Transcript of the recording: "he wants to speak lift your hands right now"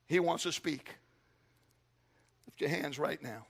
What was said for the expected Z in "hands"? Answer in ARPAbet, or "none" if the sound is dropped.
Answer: Z